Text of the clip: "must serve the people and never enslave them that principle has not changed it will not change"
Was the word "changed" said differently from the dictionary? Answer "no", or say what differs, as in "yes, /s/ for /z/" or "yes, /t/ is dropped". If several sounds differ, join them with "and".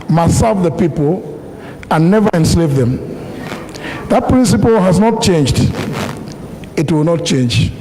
no